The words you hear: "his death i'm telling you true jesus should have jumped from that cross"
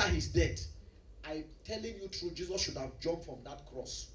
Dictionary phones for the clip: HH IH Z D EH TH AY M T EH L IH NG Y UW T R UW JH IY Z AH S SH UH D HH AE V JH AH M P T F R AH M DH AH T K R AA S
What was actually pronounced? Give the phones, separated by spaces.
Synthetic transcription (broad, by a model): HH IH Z D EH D AY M T EH L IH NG Y UW T R UW JH IY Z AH S SH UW D HH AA V JH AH M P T F R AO M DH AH T K R AA S